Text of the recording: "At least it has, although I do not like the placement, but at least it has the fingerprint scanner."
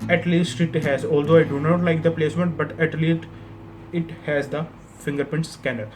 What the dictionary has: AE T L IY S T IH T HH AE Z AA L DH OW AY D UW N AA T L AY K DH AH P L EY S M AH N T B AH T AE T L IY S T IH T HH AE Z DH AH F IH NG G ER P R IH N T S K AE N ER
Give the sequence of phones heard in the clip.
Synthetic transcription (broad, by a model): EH T L IY S T IH T HH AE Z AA L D OW AY D UW N AA T L AY K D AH P L EY S M AH N T B AH T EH T L IY S T IH T HH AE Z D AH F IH NG G ER P IH N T S K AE N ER